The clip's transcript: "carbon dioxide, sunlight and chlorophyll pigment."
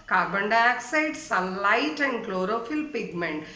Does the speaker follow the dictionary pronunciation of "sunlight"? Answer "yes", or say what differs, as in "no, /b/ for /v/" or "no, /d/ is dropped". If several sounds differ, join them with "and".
no, /n/ is dropped